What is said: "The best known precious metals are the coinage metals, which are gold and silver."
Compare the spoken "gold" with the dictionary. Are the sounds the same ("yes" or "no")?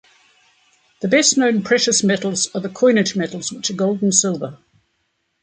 yes